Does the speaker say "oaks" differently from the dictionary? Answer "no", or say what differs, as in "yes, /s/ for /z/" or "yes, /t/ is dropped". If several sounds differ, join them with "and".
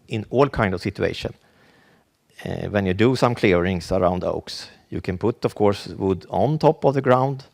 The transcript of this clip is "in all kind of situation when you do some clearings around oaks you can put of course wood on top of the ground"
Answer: no